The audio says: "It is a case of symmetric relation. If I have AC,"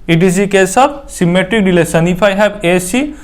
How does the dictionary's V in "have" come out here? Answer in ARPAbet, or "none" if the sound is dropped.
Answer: B